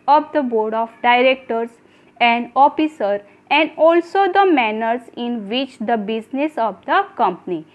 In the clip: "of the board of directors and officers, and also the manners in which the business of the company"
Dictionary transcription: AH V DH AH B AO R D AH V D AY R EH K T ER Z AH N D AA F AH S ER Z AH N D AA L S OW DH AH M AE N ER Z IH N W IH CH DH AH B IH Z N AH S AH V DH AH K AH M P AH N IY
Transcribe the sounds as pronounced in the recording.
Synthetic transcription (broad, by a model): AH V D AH B AO R D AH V D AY R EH K T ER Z AH N D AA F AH S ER AH N D AA L S OW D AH M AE N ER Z IH N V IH CH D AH B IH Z N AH S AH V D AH K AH M P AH N IY